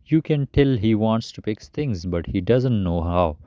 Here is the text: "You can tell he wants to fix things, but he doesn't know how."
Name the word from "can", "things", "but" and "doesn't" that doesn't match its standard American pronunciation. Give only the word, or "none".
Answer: things